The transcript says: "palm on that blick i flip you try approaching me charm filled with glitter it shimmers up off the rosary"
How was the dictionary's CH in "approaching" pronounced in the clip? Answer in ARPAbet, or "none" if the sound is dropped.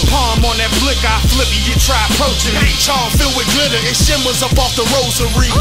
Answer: none